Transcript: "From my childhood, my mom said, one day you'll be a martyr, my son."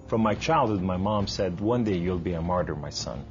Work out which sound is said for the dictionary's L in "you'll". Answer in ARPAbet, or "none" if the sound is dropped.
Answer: L